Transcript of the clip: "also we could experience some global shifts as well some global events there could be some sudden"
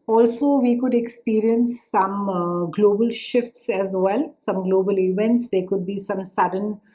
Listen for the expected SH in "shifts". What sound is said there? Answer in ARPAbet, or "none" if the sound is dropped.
SH